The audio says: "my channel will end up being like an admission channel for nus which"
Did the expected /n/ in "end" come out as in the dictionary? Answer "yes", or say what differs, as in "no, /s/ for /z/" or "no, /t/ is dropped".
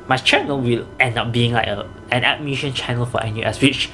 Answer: yes